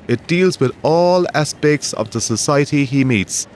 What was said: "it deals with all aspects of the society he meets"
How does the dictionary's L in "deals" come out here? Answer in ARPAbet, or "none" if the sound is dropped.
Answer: L